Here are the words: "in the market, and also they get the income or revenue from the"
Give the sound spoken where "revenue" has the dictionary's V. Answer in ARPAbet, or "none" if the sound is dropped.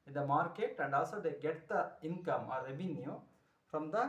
B